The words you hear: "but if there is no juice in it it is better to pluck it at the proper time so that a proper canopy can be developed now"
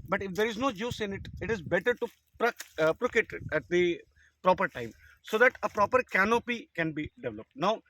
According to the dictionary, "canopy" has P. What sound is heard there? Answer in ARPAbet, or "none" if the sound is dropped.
P